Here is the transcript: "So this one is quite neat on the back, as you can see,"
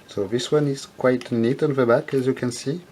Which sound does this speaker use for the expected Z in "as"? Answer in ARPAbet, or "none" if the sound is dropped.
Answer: Z